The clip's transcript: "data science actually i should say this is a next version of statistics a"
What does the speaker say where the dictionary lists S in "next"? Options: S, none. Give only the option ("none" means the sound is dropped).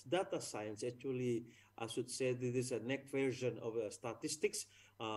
none